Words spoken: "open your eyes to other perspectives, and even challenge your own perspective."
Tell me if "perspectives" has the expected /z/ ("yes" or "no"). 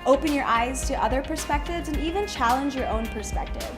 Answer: yes